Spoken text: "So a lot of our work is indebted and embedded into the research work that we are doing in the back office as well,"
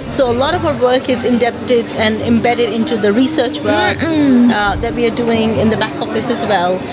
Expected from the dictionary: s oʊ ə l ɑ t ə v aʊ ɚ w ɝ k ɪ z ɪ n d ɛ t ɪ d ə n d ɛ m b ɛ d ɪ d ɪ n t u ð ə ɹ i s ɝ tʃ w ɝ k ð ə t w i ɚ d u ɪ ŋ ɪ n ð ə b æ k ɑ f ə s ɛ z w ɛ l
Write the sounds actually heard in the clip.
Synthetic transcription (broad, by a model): s oʊ ə l ɑ t ə v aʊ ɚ w ɝ k ɪ z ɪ n d ɛ t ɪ d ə n ɛ m b ɛ d ɪ d ɪ n t u ð ə ɹ i s ɝ tʃ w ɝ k ð ə t w i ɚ d u ɪ ŋ ɪ n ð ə b æ k ɑ f ə s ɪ z w ɛ l